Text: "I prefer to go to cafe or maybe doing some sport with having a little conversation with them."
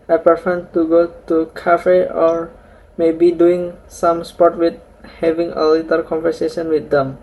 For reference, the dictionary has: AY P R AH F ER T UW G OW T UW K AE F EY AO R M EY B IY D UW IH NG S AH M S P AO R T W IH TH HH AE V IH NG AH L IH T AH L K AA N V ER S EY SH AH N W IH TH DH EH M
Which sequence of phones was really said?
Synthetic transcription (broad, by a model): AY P AH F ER T UW G OW T UW K AE F EY AO R M EY B IY D UW IH NG S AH M S P AO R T W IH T HH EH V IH NG AH L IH T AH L K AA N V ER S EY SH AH N W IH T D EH M